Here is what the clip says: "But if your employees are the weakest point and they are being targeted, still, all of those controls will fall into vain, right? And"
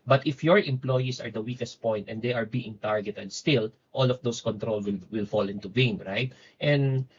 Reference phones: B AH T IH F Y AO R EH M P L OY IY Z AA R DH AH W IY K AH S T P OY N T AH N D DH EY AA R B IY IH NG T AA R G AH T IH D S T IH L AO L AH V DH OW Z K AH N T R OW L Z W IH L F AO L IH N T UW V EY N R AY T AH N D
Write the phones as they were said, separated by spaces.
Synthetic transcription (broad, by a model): B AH T IH F Y AO R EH M P L OY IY S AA R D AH W IY K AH S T P OY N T AH N D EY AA R B IY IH NG T AA R G AH T IH D S T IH L AO L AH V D OW S K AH N T R OW L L W IH L F AO L IH N T UW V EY N R AY T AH N D